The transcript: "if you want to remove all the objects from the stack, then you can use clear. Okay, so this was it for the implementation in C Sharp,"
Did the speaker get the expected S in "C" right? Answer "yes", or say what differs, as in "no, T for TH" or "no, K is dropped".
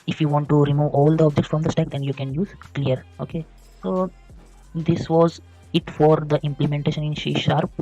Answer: no, SH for S